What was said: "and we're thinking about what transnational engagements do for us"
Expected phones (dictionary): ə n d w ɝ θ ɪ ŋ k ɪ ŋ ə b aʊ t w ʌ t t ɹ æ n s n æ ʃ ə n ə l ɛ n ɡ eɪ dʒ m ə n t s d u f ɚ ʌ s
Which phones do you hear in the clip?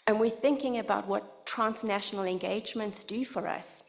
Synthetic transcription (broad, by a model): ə n w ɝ θ ɪ ŋ k ɪ ŋ ə b aʊ t w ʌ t t ɹ æ n s n æ ʃ ə n ə l ɛ n ɡ eɪ dʒ m ə n t s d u f ɚ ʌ s